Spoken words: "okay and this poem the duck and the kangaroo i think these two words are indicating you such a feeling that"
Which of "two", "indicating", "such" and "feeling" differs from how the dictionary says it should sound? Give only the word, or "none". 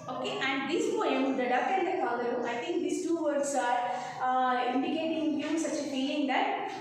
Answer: feeling